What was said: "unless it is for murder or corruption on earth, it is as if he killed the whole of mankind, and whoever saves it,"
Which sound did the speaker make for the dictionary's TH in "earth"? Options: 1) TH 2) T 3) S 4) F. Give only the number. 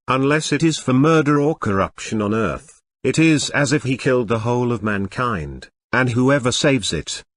1